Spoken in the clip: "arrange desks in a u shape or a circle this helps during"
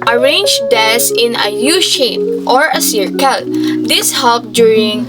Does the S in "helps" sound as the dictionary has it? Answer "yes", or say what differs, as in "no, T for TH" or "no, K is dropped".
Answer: no, S is dropped